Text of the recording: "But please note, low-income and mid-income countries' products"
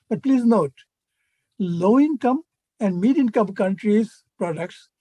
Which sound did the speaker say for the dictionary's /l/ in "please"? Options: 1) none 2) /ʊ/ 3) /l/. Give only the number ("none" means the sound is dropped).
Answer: 3